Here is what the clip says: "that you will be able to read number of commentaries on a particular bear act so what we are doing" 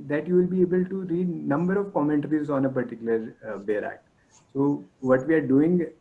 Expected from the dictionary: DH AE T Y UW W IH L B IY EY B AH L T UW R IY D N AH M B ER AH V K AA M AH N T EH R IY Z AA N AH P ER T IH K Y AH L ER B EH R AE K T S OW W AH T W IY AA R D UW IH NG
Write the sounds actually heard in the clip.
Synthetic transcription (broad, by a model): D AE T Y UW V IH L B IY EY B AH L T UW R IY D N AH M B ER AH V K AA M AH N T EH R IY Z AA N AH P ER T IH K Y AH L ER B EH R AE K T S OW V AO T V IY AA R D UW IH NG